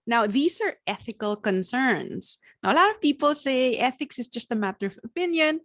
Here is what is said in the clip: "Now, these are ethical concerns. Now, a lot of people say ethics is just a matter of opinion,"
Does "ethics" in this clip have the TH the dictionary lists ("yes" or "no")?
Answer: yes